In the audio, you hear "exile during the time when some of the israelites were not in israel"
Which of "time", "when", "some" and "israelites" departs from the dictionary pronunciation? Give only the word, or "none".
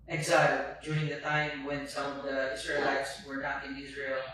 israelites